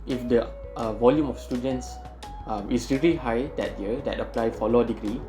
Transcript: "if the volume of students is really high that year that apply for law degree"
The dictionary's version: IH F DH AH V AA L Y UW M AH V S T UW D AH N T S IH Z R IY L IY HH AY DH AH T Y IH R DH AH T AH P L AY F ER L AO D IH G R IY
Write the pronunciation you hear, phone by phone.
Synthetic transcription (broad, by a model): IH F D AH V AA L Y UW M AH F S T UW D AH N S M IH S R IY L IY HH AY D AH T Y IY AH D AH T AH P L AY F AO L AO D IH G R IY